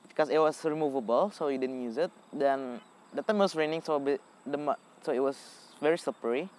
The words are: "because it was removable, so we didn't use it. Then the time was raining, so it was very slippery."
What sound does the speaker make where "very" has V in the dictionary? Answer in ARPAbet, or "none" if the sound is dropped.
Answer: V